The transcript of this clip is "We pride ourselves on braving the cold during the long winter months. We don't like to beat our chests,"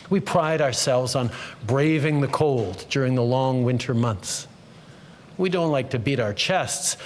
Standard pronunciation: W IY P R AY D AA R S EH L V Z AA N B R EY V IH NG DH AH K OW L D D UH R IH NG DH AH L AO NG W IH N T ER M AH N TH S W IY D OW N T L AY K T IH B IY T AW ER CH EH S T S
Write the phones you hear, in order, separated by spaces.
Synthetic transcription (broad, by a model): W IY P R AY D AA R S EH L V Z N B R EY V IH NG DH AH K OW L D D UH R IH NG DH AH L AO NG W IH N T ER M AH N TH S W IY D OW N T L AY K T IH B IY T AW ER CH EH S T S